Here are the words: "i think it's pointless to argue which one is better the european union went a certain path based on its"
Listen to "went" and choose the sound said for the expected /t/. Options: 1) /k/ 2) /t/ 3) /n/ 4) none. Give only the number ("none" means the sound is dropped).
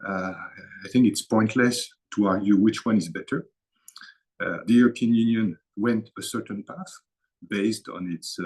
2